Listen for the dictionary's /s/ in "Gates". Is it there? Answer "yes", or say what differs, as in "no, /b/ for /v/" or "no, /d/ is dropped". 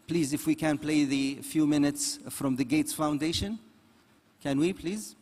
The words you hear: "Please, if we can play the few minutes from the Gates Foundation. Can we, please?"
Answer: yes